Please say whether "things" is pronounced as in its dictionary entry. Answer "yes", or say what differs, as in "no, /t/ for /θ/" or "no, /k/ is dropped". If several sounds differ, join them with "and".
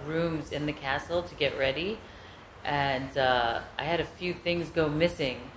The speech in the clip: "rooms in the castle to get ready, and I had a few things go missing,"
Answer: yes